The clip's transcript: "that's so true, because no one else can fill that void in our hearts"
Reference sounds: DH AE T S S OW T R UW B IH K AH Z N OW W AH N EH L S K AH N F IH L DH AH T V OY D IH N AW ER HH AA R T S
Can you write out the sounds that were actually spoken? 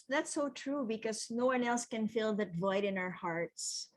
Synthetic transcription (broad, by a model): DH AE T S S OW T R UW B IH K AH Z N OW W AH N EH L S K AH N F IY L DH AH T V OY D IH N AW ER HH AA R T S